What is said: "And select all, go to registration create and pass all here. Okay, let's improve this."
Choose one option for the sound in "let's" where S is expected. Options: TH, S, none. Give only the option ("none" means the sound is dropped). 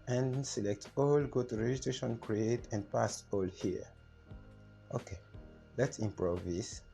S